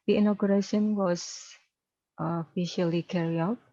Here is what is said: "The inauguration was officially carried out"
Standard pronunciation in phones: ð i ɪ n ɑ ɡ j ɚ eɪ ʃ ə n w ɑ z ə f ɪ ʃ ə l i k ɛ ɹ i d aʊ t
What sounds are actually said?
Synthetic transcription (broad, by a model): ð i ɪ n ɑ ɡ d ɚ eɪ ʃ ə n w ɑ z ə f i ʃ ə l i k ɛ ɹ i aʊ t